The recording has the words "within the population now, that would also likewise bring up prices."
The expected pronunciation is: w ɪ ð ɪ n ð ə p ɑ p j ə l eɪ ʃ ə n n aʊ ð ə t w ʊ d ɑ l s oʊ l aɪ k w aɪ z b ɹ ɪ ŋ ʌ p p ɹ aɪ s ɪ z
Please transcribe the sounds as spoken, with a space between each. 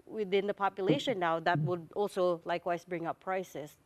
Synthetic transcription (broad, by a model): w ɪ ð ɪ n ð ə p ɑ p j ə l eɪ ʃ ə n n aʊ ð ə t w ʊ d ɑ l s oʊ l aɪ k w aɪ s b ɹ ɪ ŋ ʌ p p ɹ aɪ s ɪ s